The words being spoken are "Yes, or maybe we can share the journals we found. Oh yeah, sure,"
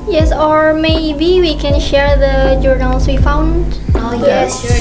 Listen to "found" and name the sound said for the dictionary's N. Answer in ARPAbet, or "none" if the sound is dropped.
N